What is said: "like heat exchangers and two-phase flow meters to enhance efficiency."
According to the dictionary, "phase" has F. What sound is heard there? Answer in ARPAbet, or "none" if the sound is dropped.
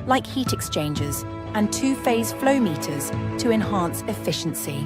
F